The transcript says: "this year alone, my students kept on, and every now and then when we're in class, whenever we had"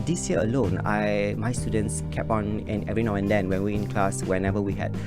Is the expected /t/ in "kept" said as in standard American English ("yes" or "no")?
no